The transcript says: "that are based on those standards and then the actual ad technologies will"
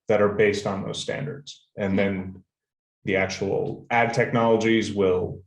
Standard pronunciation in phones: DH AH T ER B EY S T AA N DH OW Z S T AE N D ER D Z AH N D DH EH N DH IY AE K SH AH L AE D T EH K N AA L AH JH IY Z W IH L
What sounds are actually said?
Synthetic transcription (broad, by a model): DH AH T ER B EY S T N DH OW Z S T AE N D ER D Z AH N DH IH N DH IY AE K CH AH L AE D T EH K N AA L AH JH IY Z W IH L